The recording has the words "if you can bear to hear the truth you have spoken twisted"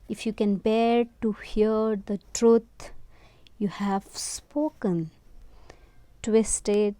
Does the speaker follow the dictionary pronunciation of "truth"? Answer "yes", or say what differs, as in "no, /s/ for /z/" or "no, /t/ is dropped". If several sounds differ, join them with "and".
no, /t/ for /θ/